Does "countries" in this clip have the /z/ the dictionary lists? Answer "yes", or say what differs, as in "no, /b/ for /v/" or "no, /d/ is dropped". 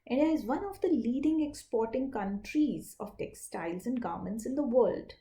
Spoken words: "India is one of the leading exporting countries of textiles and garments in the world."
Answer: yes